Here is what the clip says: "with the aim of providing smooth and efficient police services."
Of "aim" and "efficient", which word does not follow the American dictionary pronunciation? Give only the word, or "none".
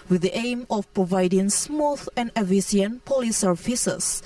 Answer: efficient